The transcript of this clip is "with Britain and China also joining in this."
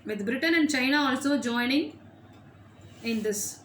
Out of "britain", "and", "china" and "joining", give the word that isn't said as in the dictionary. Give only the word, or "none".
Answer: none